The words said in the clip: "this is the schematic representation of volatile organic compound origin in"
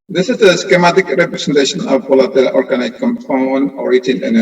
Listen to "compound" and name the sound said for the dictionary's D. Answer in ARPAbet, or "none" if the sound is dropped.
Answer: none